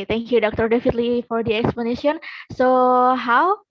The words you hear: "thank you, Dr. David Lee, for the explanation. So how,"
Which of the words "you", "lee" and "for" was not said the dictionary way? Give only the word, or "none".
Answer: none